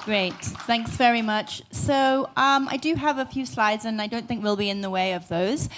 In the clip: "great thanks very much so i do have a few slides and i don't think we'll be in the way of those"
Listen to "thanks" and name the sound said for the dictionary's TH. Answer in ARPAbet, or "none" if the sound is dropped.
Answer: TH